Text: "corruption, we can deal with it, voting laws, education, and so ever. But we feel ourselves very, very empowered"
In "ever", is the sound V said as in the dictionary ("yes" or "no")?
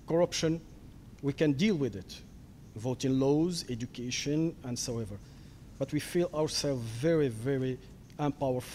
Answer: yes